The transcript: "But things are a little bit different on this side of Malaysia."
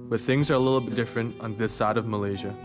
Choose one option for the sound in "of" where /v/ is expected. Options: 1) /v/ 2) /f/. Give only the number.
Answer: 1